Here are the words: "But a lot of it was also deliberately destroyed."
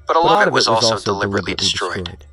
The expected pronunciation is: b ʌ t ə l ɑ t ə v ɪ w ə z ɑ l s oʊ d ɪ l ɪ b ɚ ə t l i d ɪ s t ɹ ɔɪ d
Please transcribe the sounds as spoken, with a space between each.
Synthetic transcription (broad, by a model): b ʌ t ə l ɑ t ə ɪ w ə z ɑ l s oʊ d ɪ l ɪ b ɚ ə t l i d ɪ s t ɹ ɔɪ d